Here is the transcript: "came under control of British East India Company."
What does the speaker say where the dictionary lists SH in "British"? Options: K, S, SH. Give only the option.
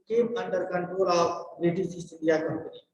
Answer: S